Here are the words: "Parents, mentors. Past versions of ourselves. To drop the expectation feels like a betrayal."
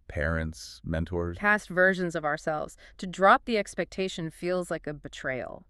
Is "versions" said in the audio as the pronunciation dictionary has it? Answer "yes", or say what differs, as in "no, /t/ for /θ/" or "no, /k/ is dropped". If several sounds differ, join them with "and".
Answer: yes